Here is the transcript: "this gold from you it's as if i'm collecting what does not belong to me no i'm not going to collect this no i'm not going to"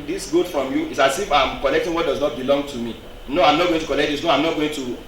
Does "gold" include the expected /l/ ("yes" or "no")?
no